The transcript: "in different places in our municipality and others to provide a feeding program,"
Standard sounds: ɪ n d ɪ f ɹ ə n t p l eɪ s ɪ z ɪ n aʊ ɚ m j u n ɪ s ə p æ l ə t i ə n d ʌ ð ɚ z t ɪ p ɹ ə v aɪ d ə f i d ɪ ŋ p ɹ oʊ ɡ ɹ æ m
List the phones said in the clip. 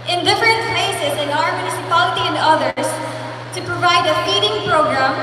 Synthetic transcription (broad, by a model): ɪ n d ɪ f ɹ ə n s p eɪ s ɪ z ɪ n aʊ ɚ m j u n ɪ s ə p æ l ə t i ə n d ʌ ð ɚ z t ɪ p ɹ ə v aɪ d ə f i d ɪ ŋ p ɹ oʊ ɡ ɹ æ m